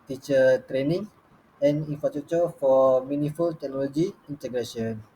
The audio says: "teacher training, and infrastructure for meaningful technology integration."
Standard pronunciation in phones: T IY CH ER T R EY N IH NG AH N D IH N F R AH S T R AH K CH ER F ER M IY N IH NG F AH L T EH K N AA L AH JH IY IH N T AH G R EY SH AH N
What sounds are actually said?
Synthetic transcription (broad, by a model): T IY CH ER T R EY N IH NG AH N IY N F R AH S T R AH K CH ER F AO M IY N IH F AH L T EH K N AA L AH JH IY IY N T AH G R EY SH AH N